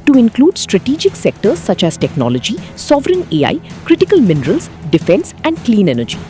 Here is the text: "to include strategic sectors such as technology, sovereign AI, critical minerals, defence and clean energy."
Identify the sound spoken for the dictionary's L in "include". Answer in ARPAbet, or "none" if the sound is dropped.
L